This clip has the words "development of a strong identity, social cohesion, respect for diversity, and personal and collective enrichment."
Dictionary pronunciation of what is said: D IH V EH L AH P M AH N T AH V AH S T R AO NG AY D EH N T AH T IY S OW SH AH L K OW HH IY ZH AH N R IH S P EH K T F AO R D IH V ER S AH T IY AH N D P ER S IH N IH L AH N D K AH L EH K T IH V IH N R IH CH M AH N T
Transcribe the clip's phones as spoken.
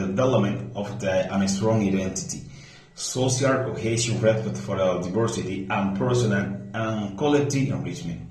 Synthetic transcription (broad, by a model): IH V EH L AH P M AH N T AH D AH S T R AO NG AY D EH N T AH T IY S OW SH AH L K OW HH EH SH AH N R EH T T F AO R D IH V ER S AH T IY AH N P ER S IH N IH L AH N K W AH L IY T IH IH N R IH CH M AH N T